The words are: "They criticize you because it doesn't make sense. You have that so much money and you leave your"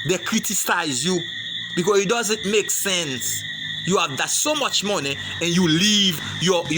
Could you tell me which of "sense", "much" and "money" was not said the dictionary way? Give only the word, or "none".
none